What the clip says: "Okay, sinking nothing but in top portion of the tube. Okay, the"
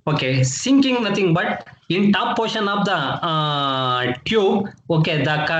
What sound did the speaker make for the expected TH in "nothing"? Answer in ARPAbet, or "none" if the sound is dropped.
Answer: T